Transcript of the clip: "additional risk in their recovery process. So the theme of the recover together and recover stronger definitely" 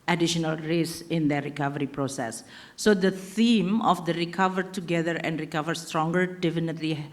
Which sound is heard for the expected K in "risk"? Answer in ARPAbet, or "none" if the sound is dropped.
none